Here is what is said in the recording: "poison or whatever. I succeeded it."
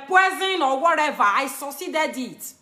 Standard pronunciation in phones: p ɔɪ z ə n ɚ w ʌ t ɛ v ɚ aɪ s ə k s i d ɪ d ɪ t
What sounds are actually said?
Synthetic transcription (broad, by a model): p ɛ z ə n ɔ w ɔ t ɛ v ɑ aɪ s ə s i d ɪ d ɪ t